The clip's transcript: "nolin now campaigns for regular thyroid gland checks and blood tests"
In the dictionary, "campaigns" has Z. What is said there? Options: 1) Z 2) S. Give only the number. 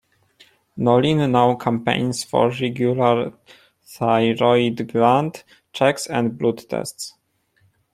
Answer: 2